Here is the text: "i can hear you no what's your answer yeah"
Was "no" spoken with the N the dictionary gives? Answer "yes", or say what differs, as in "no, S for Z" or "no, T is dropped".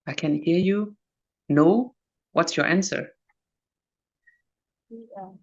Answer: yes